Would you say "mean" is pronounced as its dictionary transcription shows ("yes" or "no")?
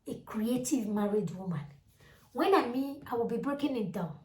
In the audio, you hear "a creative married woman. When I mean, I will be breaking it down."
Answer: no